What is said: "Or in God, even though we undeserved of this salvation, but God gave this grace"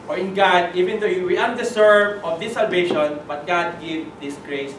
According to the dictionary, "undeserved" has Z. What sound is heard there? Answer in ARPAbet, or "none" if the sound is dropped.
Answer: S